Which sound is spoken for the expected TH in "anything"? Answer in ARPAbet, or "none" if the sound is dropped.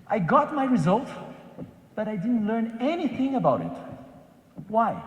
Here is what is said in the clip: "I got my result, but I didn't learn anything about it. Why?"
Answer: TH